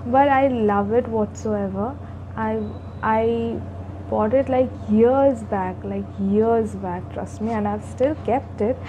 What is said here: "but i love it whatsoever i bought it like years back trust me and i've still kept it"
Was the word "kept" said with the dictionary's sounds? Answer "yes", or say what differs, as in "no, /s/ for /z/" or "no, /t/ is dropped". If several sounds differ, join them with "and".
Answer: yes